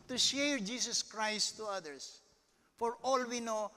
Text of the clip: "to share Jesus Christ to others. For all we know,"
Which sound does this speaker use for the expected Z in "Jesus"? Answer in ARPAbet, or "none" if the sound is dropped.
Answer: S